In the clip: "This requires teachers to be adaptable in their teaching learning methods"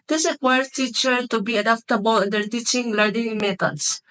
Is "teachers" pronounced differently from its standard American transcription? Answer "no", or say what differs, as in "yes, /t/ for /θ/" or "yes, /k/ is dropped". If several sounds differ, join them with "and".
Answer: yes, /z/ is dropped